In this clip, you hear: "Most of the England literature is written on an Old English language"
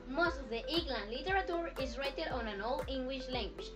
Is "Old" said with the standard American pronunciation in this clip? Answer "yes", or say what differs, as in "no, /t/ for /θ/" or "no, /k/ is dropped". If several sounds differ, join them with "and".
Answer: no, /d/ is dropped